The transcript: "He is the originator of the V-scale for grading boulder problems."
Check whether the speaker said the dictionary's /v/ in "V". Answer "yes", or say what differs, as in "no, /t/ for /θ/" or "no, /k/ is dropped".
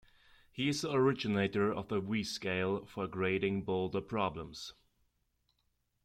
no, /w/ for /v/